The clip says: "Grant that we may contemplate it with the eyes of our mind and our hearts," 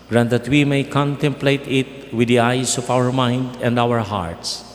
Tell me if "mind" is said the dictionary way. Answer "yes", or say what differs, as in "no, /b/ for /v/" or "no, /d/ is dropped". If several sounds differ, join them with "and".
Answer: yes